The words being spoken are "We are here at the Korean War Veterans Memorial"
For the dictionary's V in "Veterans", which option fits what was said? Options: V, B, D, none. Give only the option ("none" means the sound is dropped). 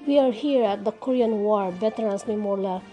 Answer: B